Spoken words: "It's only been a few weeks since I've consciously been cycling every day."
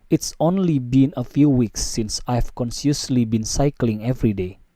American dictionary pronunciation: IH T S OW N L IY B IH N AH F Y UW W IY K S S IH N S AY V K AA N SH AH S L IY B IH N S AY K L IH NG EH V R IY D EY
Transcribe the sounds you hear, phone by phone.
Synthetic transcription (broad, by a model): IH T S OW N L IY B IH N AH F Y UW W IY K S S IH N S AY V K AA N S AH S L IY B IH N S AY K L IH NG EH V R IY D EY